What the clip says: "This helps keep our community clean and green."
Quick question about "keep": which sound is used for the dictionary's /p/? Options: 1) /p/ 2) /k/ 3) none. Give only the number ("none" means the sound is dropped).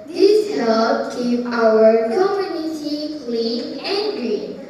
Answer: 3